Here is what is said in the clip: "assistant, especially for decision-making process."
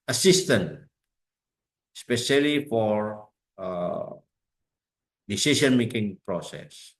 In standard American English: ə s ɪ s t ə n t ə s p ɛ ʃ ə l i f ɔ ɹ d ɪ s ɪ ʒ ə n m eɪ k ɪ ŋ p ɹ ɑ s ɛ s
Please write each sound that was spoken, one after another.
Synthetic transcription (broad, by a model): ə s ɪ s t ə n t s p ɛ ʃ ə l i f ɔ ɹ d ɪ s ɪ s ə n m eɪ k ɪ ŋ p ɹ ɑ s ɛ s